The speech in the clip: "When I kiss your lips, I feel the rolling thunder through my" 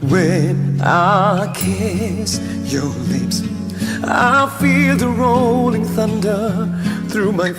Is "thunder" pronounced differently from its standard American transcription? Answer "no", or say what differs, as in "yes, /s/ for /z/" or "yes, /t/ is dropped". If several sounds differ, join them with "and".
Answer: no